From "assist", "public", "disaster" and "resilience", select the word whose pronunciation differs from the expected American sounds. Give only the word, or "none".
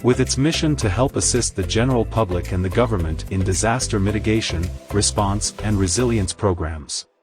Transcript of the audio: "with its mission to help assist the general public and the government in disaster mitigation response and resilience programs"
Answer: none